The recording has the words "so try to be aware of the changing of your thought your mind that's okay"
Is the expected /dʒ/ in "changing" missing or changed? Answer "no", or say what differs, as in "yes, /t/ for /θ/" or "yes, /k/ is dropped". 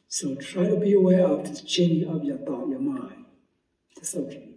yes, /dʒ/ is dropped